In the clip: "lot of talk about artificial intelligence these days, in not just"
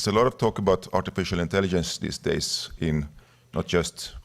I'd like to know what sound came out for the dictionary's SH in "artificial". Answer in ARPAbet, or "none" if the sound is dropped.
SH